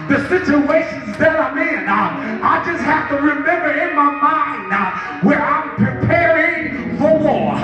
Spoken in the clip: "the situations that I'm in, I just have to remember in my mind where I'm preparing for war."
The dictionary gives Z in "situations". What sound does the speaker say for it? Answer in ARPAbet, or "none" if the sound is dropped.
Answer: Z